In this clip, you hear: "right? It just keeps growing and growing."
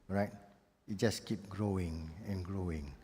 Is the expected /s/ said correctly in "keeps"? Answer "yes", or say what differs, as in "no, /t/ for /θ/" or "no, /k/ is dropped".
no, /s/ is dropped